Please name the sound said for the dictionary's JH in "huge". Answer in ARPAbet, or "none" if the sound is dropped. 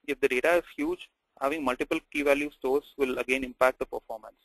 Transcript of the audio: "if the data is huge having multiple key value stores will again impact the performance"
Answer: JH